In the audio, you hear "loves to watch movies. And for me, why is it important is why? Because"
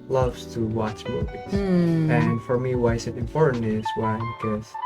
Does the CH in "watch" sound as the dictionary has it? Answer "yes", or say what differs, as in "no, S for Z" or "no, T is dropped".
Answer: yes